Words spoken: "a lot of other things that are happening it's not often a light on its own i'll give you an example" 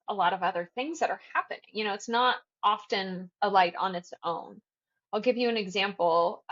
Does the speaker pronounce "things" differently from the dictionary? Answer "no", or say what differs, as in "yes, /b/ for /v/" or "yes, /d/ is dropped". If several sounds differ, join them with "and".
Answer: no